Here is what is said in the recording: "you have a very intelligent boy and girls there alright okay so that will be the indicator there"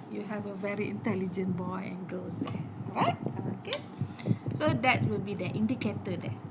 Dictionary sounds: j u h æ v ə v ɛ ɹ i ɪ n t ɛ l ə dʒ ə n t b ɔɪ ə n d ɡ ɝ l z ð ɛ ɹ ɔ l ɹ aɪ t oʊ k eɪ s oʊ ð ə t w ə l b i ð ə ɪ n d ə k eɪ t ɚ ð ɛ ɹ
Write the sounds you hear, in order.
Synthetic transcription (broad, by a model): j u h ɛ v ə v ɛ ɹ i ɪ n t ɛ l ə dʒ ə n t b ɔɪ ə n ɡ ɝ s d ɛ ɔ ɹ aɪ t oʊ k eɪ s oʊ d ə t w ə l b i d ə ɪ n d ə k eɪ t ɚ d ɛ